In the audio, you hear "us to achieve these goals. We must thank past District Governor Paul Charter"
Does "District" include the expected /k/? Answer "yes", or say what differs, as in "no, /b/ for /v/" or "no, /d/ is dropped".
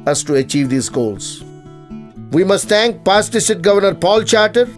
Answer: no, /k/ is dropped